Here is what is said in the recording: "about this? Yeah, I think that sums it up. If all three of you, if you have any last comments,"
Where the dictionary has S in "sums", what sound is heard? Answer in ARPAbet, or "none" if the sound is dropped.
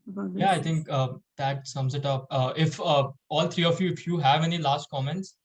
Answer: S